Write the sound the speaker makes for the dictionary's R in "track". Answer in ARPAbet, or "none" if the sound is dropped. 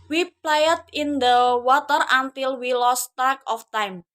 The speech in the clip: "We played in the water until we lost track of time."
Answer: none